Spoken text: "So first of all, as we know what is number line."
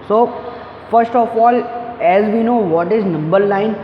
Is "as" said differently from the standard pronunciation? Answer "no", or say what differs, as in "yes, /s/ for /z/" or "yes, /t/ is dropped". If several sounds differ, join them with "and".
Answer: no